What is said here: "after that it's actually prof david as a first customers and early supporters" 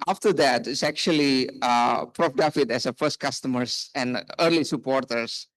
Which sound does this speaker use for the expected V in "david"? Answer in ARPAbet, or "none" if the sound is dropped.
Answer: F